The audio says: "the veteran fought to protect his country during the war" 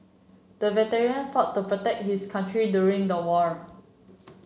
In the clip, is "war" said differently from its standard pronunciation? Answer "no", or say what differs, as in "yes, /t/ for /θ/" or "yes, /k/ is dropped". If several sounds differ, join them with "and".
no